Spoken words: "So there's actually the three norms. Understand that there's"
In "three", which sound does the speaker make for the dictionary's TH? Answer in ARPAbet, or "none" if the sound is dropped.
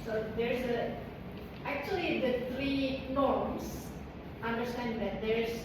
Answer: T